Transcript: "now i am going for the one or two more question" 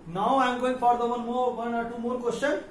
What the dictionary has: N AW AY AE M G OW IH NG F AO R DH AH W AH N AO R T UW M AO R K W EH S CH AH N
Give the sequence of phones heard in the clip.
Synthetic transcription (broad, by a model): N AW AY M G OW IH NG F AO R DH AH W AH N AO W T UW M AO R K W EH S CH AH N